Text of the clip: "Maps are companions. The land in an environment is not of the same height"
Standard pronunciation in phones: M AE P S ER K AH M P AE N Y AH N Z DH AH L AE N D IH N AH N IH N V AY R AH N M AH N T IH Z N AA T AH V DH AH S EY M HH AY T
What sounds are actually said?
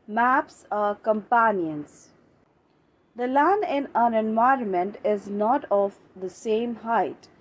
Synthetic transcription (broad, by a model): M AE P S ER K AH M P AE N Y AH N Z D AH L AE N IH N AH N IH N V AY R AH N M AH N T IH Z N AA T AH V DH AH S EY M HH AY T